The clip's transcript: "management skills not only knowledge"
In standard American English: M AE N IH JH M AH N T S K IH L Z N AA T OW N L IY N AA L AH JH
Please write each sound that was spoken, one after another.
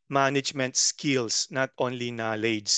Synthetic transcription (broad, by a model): M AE N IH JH M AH N T S K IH L S N AA T OW N L IY N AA L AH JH